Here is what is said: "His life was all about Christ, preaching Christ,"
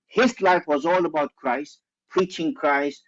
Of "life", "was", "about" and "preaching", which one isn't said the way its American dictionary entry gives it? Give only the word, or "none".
none